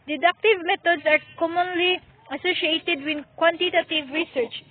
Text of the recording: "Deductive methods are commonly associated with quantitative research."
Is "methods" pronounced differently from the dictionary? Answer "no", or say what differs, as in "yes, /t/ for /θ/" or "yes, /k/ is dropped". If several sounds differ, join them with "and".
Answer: yes, /t/ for /θ/ and /s/ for /z/